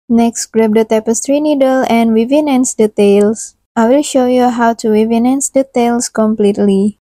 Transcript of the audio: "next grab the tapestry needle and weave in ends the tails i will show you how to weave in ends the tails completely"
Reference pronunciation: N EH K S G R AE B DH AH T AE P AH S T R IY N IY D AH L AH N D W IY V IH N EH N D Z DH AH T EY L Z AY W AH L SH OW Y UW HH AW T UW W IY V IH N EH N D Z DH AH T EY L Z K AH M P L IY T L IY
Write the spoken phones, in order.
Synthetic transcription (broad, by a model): N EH K S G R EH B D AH T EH P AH S T R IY N IY D AH L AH N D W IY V IH N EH N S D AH T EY L S AY W AH L SH OW Y UW HH AW T UW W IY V IH N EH N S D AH T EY L S K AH M P L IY T L IY